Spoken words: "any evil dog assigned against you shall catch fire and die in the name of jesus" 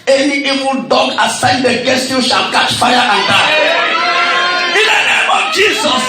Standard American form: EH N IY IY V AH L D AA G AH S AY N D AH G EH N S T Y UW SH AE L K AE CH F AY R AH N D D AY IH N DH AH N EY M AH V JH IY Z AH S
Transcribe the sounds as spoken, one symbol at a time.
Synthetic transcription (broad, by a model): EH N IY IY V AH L D AA G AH S AY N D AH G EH S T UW SH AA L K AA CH F AY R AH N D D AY IH N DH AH N EY M AH V JH IY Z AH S